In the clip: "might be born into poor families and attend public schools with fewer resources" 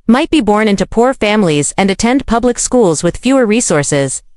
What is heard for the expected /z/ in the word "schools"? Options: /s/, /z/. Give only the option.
/z/